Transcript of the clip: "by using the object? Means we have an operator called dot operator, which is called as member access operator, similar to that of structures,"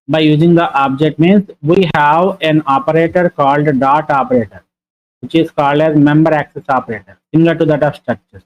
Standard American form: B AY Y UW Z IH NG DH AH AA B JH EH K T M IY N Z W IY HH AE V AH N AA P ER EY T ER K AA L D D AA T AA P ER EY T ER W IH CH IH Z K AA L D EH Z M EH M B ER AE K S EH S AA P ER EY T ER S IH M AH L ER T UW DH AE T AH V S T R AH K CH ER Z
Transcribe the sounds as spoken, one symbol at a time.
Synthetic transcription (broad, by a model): B AY Y UW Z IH NG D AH AA B JH EH K T M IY N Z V IY HH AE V AH N AA P ER EY T ER K AA L D D AA T AA P ER EY T ER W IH CH IH Z K AA L D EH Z M EH M B ER AE K S EH S AA P ER EY T ER S IH M AH L ER T UW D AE T AH V S T R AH K CH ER